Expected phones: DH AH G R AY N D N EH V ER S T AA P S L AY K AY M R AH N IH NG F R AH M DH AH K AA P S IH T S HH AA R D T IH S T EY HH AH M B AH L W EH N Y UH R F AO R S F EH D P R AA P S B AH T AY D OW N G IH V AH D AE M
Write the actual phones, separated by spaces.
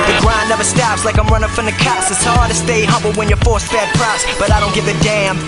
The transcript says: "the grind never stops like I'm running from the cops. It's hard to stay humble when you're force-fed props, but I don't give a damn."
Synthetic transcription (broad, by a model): DH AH G R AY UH N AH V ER S T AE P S L AY K AY M R AH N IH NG F R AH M DH AH K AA S IH T S HH AA R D T IH S T EY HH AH B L W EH N Y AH R F AO R S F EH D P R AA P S B AH T AY D OW N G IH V AH D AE M